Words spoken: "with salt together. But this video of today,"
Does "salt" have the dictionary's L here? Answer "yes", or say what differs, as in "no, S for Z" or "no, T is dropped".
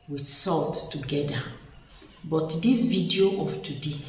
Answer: yes